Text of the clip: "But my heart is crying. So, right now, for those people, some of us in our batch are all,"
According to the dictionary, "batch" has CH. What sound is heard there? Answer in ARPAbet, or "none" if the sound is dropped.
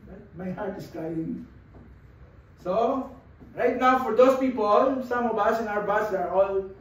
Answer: S